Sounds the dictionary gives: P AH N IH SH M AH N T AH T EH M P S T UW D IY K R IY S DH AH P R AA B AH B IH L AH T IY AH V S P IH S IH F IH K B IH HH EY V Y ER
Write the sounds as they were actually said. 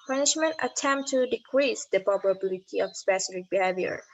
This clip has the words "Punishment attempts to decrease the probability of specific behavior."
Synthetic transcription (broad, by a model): P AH N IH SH M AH N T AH T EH M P T UW D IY K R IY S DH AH P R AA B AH B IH L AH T IY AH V S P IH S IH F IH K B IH HH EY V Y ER